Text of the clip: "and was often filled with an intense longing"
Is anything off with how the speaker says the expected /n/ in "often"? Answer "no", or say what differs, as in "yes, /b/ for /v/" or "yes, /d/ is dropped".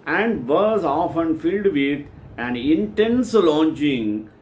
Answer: no